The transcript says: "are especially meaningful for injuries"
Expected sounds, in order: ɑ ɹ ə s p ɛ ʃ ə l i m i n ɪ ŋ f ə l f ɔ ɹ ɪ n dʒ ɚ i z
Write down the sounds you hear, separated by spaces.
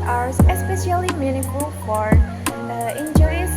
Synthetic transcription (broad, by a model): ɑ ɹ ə s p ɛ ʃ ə l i m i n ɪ f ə l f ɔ ɹ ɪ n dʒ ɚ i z